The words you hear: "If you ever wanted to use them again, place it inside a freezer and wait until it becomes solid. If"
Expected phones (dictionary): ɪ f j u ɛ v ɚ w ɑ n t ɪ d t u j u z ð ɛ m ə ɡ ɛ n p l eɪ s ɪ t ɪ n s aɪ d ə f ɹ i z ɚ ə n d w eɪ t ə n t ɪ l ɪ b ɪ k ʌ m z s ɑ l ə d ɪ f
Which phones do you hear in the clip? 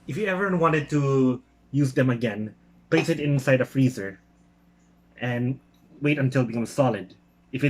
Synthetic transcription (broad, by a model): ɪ f j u ɛ v ɚ w ɑ n t ɪ d t u j u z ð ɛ m ə ɡ ɛ n p l eɪ s ɪ t ɪ n s aɪ d ə f ɹ i z ɚ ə n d w eɪ t ə n t ɪ l b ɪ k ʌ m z s ɑ l ə d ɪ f